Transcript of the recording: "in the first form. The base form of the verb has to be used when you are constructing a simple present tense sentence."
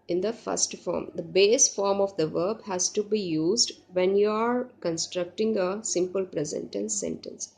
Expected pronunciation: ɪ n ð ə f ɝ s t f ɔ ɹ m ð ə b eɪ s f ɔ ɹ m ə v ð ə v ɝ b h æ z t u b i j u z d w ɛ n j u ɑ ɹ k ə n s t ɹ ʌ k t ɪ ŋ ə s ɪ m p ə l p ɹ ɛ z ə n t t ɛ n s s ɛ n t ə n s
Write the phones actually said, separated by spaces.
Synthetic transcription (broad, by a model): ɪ n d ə f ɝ s t f ɔ ɹ m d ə b eɪ s f ɔ ɹ m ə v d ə v ɝ b h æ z t u b i j u z d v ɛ n j u ɑ ɹ k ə n s t ɹ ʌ k t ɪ ŋ ə s ɪ m p ə l p ɹ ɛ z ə n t t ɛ n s s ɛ n t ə n s